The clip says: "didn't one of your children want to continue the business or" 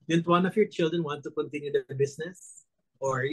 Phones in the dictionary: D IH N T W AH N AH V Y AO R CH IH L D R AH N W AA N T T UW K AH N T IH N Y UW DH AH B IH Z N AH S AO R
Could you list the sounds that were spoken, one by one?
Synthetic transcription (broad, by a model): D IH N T W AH N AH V Y AO R CH IH L D R AH N W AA N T T UW K AH N T IH N Y UW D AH B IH S N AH S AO R